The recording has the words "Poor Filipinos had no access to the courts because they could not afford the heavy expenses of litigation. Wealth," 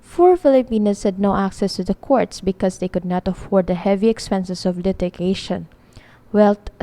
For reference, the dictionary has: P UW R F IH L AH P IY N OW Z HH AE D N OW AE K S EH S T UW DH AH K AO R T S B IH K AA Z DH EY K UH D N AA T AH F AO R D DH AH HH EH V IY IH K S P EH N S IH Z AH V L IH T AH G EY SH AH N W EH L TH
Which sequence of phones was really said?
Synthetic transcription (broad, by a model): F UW R F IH L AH P IY N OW S HH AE D N OW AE K S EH S T UW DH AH K AO R T S B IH K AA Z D EY K UH D N AA T AH F AO R D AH HH EH V IY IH K S P EH N S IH S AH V L IH T AH G EY SH AH N W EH L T